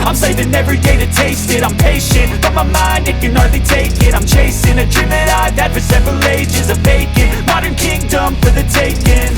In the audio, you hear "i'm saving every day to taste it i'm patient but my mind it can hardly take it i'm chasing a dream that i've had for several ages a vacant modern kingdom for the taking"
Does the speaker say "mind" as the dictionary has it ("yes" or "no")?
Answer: yes